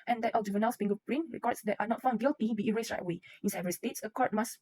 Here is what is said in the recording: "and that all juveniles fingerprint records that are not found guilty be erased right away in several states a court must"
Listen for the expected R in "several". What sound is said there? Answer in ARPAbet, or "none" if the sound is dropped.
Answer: none